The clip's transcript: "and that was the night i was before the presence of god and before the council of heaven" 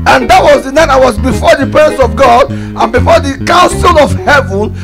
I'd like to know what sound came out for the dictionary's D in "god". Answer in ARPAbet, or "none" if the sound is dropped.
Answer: D